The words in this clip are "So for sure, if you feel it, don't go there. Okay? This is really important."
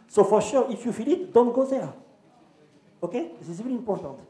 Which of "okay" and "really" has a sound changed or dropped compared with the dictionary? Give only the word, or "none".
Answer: really